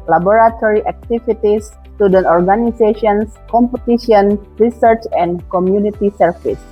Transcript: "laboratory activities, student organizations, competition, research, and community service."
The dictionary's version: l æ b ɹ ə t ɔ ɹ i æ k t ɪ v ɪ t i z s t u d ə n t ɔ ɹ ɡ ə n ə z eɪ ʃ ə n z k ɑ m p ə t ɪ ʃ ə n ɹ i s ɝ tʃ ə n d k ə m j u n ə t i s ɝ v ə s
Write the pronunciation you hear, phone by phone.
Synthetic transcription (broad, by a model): l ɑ b ɹ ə t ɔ ɹ i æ k t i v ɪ t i s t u d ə n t ɔ ɹ ɡ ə n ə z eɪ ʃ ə n s k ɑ m p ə t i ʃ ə n ɹ i s ɝ tʃ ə n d k ə m j u n ə t i s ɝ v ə s